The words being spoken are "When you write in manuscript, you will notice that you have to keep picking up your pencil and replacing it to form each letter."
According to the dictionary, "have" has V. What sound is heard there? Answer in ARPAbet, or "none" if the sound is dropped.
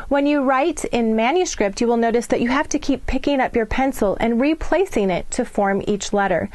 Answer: F